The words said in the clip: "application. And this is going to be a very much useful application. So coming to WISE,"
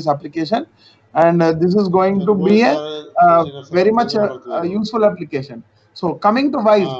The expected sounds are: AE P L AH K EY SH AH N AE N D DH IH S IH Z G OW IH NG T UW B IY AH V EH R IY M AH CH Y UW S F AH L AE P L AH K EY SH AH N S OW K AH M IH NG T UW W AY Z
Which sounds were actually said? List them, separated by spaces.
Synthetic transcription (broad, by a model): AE P L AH K EY SH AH N AE N D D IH S IH Z G OW IH NG T UW B IY AH V EH R IY M AH CH Y UW S F AH L AE P L AH K EY SH AH N S OW K AH M IH NG T UW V AY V